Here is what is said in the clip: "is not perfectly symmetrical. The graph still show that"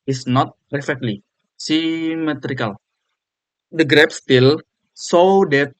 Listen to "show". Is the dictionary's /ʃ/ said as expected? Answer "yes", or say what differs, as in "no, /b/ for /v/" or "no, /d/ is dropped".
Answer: no, /s/ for /ʃ/